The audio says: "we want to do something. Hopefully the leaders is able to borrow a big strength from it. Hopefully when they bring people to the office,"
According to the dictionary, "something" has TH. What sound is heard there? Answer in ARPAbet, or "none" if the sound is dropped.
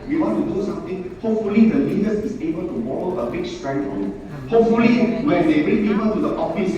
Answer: T